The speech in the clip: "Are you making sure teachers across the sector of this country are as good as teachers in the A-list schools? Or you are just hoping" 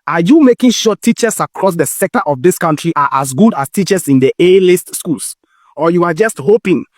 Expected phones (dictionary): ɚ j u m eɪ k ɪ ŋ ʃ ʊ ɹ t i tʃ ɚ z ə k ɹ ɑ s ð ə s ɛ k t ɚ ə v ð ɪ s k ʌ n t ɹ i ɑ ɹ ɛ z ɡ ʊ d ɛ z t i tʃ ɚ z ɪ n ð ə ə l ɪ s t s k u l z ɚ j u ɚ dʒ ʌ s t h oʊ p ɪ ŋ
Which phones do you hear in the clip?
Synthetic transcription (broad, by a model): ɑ j u m eɪ k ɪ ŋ ʃ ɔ t i tʃ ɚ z ə k ɹ ɑ s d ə s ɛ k t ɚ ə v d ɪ s k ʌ n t ɹ i ɑ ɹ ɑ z ɡ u d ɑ s t i tʃ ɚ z ɪ n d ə ə l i s t s k u l s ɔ j u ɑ dʒ ʌ s t h oʊ p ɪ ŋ